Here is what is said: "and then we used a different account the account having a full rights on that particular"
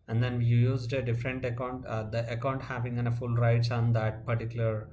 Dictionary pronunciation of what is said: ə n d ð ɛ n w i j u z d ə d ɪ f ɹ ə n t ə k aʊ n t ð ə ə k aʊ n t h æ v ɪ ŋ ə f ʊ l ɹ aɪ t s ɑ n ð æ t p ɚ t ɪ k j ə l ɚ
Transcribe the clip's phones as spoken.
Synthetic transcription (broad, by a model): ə n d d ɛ n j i j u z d ə d ɪ f ɹ ə n t ə k aʊ n t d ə ə k aʊ n t h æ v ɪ ŋ ə f ʊ l ɹ aɪ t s ɑ n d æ t p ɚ t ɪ k j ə l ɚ